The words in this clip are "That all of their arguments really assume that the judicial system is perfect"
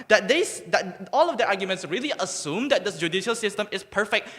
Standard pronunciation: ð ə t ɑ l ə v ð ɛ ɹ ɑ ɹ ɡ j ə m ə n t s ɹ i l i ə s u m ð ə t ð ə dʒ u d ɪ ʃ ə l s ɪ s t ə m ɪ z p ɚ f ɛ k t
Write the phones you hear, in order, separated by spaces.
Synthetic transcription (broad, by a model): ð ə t ɑ l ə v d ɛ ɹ ɑ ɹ ɡ j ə m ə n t s ɹ i l i ə s u m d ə t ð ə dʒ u d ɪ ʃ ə l s ɪ s t ə m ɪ s p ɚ f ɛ k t